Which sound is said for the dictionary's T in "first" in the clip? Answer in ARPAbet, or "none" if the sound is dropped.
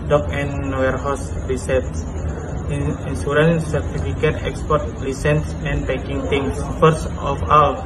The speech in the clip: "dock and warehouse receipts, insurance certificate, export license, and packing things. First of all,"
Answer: none